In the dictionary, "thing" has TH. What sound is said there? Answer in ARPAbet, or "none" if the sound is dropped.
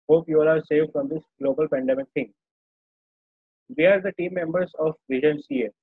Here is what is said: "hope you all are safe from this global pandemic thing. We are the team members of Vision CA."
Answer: T